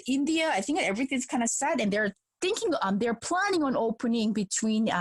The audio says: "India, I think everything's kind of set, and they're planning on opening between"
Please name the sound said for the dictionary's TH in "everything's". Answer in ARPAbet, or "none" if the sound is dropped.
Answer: TH